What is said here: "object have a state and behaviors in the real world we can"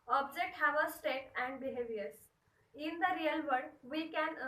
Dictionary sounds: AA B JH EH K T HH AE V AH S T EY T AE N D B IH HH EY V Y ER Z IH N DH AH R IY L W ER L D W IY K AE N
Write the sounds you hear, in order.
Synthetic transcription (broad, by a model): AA B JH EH K T HH AE V AH S T EY T AE N D B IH HH EY V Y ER S IH N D AH R IY L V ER D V IY K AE N